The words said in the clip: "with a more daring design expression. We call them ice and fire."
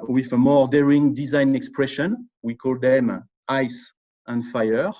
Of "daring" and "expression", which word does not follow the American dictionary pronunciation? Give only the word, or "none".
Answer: none